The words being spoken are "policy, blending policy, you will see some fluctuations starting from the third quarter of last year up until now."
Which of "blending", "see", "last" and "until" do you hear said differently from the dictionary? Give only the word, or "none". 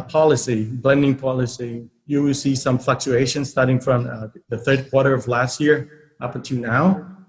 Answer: until